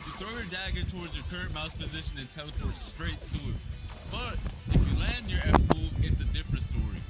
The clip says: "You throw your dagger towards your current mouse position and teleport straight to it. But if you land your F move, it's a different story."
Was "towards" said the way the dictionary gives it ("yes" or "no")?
yes